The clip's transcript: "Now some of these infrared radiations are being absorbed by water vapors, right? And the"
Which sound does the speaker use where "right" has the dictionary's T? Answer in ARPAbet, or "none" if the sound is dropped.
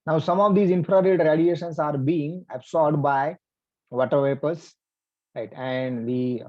T